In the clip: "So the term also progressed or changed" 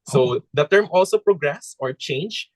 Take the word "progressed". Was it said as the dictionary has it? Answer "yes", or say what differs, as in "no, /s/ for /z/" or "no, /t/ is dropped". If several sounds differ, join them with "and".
no, /t/ is dropped